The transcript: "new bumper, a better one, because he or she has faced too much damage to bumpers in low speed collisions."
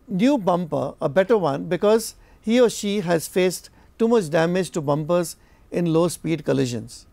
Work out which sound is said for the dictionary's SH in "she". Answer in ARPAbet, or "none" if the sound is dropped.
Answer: SH